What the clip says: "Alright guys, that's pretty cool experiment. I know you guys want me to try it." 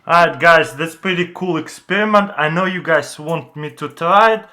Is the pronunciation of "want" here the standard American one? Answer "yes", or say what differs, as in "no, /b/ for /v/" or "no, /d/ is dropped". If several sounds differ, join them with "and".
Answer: yes